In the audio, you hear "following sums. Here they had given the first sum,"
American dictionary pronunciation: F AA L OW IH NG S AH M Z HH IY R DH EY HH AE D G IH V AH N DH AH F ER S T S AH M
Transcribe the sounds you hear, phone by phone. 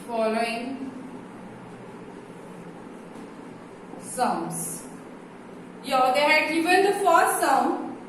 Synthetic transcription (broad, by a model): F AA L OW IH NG S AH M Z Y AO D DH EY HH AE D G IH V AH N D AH F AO T S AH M